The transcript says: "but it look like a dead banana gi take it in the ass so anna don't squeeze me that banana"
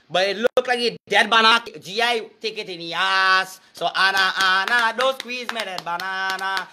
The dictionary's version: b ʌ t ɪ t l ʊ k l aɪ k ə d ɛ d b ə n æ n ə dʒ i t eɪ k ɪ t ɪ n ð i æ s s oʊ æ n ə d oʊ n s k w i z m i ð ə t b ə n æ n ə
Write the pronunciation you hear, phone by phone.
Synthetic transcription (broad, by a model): b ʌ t ɪ t l ʊ k l aɪ k ə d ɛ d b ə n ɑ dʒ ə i t eɪ k ɪ t ɪ n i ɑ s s oʊ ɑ n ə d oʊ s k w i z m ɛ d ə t b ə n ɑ n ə